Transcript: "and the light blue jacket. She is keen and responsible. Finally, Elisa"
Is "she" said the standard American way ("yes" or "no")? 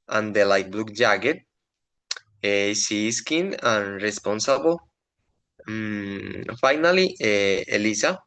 no